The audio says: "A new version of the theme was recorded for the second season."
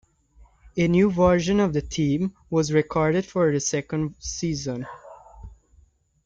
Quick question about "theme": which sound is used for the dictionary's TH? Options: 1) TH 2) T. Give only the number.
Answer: 2